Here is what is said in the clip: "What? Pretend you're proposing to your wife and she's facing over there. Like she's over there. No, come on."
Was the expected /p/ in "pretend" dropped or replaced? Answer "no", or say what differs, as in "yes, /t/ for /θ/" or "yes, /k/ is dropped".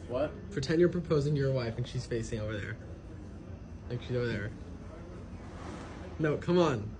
yes, /f/ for /p/